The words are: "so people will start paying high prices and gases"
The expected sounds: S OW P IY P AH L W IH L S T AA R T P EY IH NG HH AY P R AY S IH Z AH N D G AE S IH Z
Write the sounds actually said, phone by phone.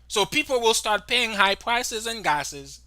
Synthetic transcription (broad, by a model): S OW P IY P L W IH L S T AA R T P EY IH NG HH AY P R AY S IH Z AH N G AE S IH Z